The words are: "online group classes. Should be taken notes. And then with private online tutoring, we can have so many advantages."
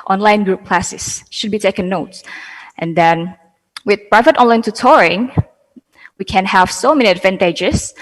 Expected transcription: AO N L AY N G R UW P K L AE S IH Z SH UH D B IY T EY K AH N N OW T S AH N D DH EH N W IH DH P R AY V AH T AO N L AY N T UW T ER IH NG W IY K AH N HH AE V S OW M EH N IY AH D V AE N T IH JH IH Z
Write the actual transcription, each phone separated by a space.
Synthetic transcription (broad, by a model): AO N L AY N G R UW P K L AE S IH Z SH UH D B IY T EY K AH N N OW T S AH N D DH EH N W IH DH P R AY V AH T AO N L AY N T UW T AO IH NG W IY K AH N HH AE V S OW M EH N IY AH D V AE N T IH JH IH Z